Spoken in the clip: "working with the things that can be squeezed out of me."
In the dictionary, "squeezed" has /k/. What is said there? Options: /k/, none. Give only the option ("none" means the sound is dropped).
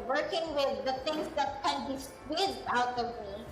none